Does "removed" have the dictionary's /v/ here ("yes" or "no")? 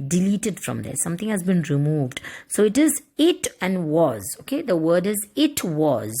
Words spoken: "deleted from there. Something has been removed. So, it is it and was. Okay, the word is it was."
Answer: yes